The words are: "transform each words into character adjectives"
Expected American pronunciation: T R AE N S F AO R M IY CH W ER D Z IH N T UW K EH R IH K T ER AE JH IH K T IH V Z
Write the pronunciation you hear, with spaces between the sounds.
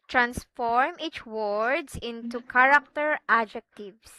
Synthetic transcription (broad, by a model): T R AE N S F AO R M IY CH W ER D S IH N T UW K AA R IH K T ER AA JH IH K T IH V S